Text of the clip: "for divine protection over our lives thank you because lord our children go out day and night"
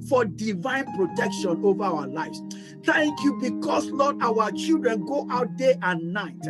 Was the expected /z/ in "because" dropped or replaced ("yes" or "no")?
yes